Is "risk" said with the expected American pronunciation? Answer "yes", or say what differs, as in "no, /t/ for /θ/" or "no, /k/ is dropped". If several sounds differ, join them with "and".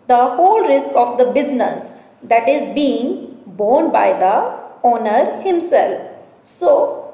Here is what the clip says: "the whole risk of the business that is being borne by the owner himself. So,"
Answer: yes